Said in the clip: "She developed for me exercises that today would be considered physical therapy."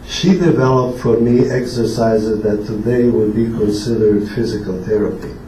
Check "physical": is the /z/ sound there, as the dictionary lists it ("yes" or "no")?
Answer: yes